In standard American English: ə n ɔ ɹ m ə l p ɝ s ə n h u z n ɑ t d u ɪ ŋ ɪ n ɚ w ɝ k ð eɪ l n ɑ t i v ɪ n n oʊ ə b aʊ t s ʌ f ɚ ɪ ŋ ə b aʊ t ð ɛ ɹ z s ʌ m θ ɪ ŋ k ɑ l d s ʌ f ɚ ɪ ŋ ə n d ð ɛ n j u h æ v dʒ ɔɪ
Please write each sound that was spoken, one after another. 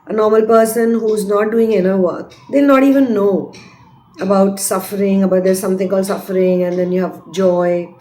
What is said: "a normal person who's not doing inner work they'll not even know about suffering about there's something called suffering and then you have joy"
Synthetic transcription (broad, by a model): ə n ɔ ɹ m ə l p ɝ s ə n h u z n ɑ t d u ɪ ŋ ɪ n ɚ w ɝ k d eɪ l n ɑ t i v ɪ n n oʊ ə b aʊ t s ʌ f ɚ ɪ ŋ ə b aʊ t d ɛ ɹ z s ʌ m t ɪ ŋ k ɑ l s ʌ f ɚ ɪ ŋ ə n d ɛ n j u h æ v dʒ ɔɪ